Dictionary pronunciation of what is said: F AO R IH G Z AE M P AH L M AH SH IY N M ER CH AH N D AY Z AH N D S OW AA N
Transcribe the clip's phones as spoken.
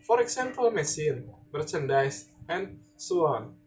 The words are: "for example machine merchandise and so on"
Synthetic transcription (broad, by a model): F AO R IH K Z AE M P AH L M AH S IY N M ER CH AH N D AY S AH N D S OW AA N